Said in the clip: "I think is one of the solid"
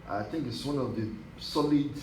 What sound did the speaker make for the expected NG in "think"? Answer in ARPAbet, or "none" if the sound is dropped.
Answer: NG